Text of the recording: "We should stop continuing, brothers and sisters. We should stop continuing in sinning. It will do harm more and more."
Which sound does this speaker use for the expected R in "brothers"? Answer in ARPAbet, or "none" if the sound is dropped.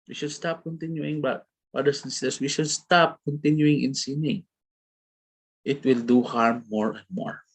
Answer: none